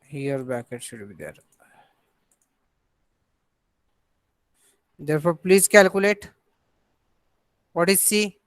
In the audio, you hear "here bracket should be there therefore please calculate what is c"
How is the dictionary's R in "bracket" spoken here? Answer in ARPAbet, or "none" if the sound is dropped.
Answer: none